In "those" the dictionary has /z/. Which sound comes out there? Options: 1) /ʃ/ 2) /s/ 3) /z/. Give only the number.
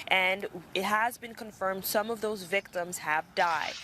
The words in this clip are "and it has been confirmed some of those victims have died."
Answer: 3